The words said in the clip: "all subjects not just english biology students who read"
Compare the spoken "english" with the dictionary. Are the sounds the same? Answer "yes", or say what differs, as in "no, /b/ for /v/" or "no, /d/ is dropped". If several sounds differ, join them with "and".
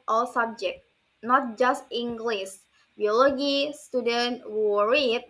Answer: no, /s/ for /ʃ/